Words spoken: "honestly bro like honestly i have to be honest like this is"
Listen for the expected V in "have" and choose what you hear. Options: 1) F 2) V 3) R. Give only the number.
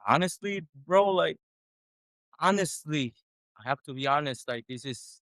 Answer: 1